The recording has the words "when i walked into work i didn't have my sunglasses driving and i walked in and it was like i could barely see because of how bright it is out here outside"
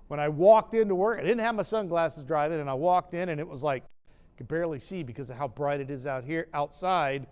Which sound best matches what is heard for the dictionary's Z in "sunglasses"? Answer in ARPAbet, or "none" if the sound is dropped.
Z